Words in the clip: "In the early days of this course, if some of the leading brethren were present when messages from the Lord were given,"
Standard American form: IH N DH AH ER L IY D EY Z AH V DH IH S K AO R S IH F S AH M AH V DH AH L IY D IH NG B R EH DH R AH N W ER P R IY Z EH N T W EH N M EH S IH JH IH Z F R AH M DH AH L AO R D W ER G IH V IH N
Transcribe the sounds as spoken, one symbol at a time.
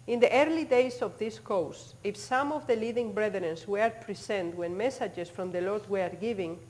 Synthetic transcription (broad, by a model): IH N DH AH ER L IY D EY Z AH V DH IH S K AO W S IH F S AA M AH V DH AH L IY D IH NG B R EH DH R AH N W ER P R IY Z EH N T W EH N M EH S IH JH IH S F R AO M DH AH L AO R D W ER G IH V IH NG